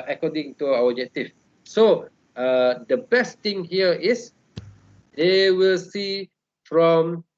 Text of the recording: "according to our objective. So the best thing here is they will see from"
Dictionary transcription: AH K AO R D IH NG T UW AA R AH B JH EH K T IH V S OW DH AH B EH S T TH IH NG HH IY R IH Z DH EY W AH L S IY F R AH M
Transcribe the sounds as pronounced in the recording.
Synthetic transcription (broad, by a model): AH K AO D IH NG T UW AA W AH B JH EH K T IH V S OW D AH B EH S T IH NG HH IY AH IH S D EY W AH L S IY F R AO M